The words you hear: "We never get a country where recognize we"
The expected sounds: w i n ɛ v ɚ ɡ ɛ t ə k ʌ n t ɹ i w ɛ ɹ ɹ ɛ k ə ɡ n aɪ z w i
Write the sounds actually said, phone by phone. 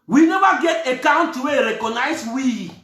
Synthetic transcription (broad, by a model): w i n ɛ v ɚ ɡ ɛ t ə k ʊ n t i w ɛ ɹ ɹ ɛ k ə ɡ n aɪ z w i